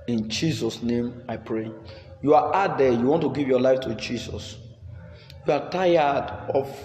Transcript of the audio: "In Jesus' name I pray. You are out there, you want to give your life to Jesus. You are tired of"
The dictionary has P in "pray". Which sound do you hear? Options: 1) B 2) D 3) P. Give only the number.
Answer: 3